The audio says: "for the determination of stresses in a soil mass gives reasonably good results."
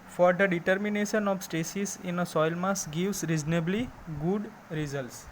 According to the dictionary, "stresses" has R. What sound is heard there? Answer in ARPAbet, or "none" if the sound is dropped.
none